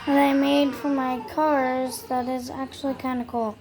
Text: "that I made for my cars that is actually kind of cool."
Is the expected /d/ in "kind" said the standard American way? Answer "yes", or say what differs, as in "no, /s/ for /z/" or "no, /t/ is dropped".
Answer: no, /d/ is dropped